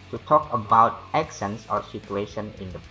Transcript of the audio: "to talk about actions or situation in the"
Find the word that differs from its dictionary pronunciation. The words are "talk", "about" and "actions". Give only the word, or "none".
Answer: actions